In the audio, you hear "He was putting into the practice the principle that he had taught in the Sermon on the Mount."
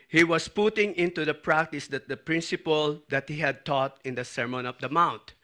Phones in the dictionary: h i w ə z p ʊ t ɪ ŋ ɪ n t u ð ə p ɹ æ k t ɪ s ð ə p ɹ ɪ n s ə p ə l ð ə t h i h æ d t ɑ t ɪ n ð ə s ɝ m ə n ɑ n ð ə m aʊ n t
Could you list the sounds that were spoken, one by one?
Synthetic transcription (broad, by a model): h i w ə s p ʊ t ɪ ŋ ɪ n t u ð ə p ɹ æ k t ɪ s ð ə p ɹ ɪ n s ə p ə l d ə t h i h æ d t ɑ t ɪ n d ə s ɝ m ə n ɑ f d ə m aʊ n t